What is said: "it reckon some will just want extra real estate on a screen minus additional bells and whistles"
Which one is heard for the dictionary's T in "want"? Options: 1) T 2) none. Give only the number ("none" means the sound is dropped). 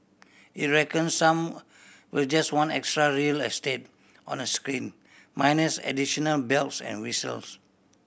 2